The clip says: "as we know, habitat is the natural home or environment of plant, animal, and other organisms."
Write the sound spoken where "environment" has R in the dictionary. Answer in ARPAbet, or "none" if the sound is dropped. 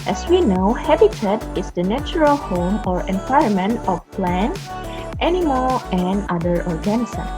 none